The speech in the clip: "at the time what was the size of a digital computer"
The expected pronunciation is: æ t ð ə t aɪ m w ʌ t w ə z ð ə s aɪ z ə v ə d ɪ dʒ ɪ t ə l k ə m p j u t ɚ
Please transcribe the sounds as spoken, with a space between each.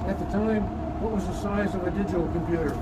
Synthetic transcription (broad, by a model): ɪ t ð ə t aɪ m w ʌ t w ə z ð ə s aɪ z ə v ə d ɪ dʒ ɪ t l k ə m p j u t ɚ